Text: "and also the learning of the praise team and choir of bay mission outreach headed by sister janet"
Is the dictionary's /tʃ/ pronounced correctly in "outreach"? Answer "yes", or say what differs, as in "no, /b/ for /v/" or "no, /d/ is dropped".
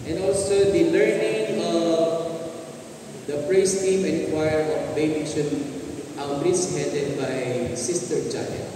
no, /s/ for /tʃ/